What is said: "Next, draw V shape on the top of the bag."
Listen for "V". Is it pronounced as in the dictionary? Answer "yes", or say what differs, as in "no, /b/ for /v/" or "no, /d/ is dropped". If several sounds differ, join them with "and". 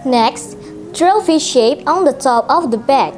no, /f/ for /v/